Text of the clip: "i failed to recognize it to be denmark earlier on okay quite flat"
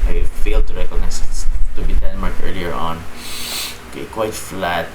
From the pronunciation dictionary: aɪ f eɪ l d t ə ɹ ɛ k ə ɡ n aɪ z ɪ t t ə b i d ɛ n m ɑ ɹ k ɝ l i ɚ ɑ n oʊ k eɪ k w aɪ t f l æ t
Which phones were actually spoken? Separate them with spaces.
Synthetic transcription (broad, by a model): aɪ f eɪ l d t ə ɹ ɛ k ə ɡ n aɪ s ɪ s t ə b i d ɛ n m ɑ ɹ k ɝ l i ɚ ɑ n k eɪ k w aɪ t f l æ t